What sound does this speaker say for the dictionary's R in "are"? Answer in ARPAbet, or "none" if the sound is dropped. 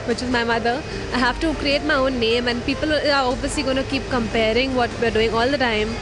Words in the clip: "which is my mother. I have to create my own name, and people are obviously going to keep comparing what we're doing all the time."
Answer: L